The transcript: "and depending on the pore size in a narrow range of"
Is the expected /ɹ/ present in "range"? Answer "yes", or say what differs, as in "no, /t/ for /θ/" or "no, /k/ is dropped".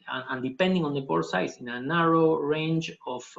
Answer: yes